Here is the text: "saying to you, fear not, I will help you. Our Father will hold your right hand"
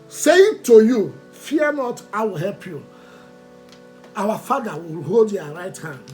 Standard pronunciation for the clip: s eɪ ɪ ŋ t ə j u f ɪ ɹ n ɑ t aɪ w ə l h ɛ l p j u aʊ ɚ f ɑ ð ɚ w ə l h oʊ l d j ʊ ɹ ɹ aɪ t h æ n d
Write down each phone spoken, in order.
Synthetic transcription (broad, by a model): s eɪ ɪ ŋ t ə j u f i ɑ n ɑ t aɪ w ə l h ɛ l p j u aʊ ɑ f ɑ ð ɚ w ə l h oʊ l d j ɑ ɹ ɹ aɪ t h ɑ n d